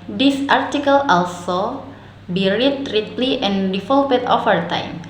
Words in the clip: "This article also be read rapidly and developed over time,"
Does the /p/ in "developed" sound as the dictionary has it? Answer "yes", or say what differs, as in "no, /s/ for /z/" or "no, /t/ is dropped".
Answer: no, /p/ is dropped